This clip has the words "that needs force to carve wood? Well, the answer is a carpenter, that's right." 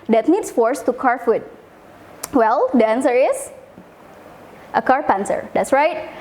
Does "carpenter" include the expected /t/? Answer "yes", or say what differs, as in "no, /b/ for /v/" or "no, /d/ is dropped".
no, /s/ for /t/